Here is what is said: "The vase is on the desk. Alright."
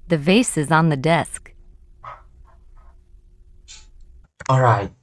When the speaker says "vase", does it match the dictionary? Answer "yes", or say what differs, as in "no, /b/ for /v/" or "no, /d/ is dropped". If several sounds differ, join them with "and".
yes